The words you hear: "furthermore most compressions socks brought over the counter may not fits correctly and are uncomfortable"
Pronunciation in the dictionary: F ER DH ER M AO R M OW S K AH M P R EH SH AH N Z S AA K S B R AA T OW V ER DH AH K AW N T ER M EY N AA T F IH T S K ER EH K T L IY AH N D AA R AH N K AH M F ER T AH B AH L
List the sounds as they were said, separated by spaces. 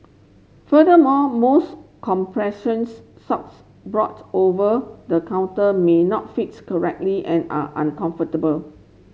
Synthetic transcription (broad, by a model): F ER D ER M AO M OW S K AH M P R EH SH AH N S S AA K S B R AA T OW V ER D AH K AW N T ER M EY N AA T F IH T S K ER EH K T L IY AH N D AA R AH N K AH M F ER T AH B AH L